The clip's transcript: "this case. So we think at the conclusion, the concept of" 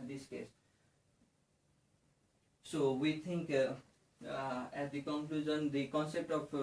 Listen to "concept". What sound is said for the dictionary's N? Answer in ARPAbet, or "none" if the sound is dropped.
N